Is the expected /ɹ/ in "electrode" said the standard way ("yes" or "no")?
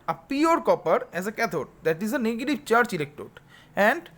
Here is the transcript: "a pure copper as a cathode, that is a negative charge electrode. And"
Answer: no